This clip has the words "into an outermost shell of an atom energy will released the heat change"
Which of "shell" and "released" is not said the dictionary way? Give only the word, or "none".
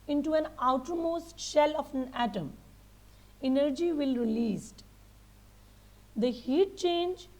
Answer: none